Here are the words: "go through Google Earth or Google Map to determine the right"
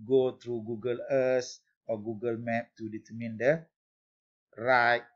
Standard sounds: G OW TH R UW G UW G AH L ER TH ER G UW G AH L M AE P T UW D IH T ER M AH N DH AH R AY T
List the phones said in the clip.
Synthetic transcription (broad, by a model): G OW T R UW G UW G AH L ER S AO G UW G AH L M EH P T UW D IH T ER M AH N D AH R AY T